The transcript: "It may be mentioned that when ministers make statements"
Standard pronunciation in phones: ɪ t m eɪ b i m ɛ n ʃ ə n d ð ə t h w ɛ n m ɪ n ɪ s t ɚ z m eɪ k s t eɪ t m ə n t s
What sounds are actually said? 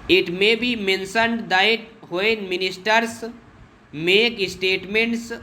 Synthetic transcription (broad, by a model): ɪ t m eɪ b i m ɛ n s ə n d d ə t h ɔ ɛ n m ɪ n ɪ s t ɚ s m eɪ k s t eɪ t m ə n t s